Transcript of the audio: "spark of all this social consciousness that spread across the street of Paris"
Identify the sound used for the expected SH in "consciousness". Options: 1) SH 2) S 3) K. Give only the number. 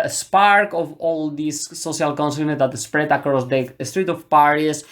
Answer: 2